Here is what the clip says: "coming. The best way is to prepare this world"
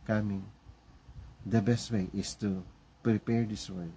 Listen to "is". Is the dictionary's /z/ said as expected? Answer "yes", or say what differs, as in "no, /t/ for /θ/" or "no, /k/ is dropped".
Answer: no, /s/ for /z/